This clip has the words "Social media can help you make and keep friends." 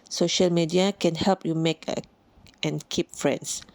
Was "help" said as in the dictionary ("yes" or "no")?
yes